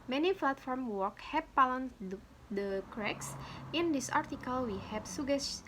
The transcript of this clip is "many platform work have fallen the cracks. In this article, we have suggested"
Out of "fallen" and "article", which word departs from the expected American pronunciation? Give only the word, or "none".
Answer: fallen